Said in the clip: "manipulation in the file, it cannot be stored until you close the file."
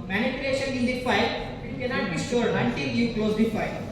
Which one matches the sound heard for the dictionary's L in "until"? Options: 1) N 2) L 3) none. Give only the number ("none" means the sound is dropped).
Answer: 1